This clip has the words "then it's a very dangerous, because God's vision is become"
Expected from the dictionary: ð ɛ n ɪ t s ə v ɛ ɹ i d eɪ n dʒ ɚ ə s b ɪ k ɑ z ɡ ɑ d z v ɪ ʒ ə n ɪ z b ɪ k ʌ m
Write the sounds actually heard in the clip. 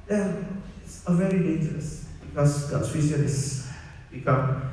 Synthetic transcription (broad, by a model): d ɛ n ɪ t s ə v ɛ ɹ i d eɪ n dʒ ɚ ə s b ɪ k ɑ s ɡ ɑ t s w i s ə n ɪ s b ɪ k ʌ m